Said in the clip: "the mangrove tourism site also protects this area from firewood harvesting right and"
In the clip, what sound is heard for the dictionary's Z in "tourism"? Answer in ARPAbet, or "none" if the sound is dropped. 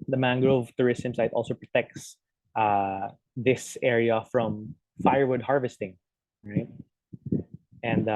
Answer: S